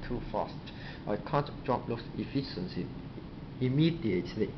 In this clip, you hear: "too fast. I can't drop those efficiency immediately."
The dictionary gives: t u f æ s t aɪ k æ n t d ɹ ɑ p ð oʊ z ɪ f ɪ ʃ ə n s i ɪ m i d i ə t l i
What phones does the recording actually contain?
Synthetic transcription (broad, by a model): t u f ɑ s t aɪ k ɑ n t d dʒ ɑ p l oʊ s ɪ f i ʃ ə n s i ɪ m i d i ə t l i